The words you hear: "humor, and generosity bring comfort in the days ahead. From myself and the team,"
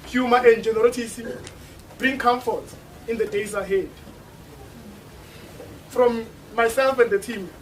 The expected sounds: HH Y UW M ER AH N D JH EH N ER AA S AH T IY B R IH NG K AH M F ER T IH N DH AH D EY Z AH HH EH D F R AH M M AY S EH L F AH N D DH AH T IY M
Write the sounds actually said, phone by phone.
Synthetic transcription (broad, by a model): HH Y UW M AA AH N D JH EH N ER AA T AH S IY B R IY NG K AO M F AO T IH N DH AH D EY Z AH HH EH D F R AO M M AY S EH L F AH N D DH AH T IY M